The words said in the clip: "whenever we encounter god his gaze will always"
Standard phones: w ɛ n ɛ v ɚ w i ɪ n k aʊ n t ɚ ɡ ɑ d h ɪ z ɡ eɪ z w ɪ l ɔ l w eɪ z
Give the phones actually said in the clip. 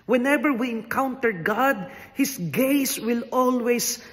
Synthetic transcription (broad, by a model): w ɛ n ɛ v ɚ w i ɪ n k aʊ n t ɚ ɡ ɑ d h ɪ s ɡ eɪ s w ɪ l ɔ l w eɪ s